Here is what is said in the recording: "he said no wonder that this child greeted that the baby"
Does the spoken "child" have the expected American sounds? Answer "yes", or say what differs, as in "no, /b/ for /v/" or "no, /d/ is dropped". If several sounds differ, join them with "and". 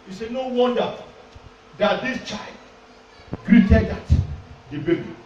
yes